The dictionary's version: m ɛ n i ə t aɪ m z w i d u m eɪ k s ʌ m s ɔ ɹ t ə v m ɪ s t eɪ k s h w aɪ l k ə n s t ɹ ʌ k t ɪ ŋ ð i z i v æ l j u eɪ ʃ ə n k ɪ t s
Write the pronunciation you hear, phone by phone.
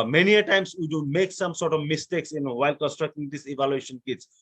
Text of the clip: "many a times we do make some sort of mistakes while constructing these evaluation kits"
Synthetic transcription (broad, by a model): m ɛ n i ə t aɪ m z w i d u m eɪ k s ʌ m s ɔ ɹ t ə v m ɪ s t eɪ k s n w aɪ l k ə n s t ɹ ʌ k t ɪ ŋ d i s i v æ l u eɪ ʃ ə n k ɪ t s